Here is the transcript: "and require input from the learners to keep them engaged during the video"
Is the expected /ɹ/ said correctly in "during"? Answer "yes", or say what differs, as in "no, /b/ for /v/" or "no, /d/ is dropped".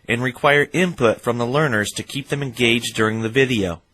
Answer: yes